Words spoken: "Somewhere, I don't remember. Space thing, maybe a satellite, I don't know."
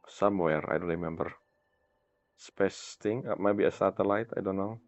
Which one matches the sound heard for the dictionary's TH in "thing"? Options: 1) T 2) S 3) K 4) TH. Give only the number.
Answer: 1